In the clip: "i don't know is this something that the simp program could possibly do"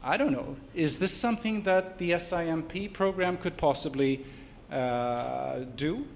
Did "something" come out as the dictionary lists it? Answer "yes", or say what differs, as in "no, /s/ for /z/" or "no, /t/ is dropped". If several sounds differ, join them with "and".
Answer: yes